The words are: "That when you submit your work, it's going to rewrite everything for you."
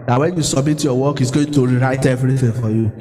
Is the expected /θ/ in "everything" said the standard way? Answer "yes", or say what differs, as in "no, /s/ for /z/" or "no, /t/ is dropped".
no, /f/ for /θ/